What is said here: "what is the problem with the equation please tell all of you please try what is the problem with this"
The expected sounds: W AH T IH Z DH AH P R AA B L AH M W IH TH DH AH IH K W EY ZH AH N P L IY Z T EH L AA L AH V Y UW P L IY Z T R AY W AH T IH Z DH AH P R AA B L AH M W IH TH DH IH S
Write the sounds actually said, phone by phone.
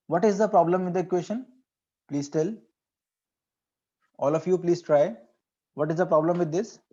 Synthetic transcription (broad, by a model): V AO T IH Z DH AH P R AA B L AH M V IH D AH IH K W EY SH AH N P L IY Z T EH L AA L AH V Y UW P L IY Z T R AY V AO T IH Z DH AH P R AA B L AH M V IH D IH S